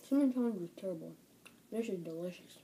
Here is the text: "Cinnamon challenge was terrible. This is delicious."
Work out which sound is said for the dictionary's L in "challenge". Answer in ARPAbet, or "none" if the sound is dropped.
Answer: none